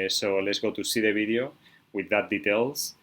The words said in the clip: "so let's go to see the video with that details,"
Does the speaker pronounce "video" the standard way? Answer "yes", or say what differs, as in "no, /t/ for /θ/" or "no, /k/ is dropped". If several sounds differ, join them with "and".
no, /b/ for /v/